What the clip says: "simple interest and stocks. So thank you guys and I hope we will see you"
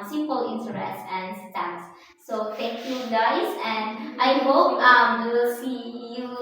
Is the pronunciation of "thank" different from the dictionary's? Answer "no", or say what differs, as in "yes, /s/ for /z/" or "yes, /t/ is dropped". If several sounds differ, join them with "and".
yes, /t/ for /θ/ and /ŋ/ is dropped